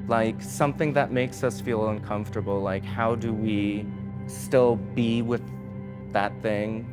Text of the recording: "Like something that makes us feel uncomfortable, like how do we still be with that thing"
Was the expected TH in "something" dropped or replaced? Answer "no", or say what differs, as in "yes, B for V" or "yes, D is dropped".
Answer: no